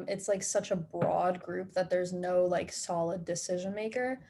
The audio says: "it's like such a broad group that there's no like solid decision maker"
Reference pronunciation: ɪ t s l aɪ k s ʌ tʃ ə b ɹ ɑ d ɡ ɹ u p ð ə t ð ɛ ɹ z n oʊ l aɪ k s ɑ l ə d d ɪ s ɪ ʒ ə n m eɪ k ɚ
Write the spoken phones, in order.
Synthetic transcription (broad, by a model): ɪ t s l aɪ k s ʌ tʃ ə b ɹ ɑ d ɡ ɹ u p ð ə t ð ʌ ɹ z n oʊ l aɪ k s ɑ l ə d d ɪ s ɪ ʒ ə n m eɪ k ɚ